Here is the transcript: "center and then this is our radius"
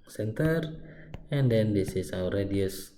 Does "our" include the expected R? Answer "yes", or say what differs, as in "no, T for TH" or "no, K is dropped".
no, W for R